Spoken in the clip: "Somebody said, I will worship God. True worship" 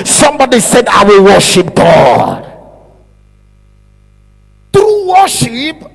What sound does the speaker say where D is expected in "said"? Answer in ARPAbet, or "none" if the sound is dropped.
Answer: D